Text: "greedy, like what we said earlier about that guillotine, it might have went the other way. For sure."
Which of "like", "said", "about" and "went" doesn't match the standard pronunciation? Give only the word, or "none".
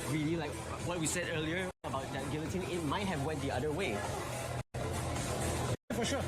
none